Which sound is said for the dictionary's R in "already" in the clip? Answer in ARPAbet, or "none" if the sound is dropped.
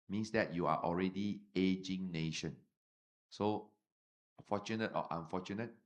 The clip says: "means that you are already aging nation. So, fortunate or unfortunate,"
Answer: R